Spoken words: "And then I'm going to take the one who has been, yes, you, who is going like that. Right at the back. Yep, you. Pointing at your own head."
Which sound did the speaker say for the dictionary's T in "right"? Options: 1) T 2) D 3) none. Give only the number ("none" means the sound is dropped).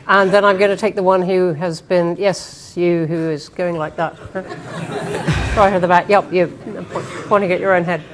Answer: 3